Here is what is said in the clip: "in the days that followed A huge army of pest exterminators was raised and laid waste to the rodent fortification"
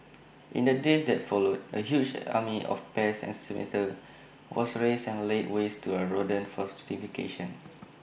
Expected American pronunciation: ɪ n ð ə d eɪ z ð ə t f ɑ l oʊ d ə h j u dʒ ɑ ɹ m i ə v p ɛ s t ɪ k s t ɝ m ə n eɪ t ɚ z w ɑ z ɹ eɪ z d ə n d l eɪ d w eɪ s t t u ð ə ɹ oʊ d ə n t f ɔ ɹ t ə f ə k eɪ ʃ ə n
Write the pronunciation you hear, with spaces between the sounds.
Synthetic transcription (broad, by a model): ɪ n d ə d eɪ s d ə t f ɑ l oʊ d ə h j u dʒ ɑ m i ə f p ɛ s ɪ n s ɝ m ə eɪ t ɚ w ɑ s ɹ eɪ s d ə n l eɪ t w eɪ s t t u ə ɹ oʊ d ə n f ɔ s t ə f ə k eɪ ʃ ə n